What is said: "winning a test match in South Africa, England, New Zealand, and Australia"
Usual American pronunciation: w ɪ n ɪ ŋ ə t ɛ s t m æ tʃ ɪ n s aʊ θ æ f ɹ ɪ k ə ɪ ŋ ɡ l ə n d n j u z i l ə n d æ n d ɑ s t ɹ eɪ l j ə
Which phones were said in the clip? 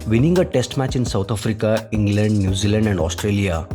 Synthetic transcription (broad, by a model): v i n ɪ ŋ ə t ɛ s t m æ tʃ ɪ n s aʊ t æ f ɹ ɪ k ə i ŋ ɡ l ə n d n j u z i l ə n d æ n d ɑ s t ɹ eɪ l j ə